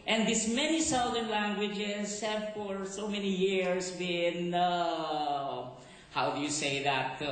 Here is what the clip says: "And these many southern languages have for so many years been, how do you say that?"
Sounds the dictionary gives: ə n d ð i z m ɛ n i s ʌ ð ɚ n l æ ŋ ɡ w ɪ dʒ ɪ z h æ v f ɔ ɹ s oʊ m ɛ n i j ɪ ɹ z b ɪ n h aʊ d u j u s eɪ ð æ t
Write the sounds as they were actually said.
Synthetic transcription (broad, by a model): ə n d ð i s m ɛ n i s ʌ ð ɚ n l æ ŋ ɡ w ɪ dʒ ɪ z h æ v f ɔ ɹ s oʊ m ɛ n i j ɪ ɹ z b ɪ n h aʊ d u j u s eɪ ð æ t